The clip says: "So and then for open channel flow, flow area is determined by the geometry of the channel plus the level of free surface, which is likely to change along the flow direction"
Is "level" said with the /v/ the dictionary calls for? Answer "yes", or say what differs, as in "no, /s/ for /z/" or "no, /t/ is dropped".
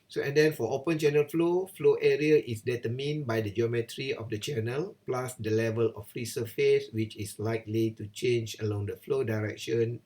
yes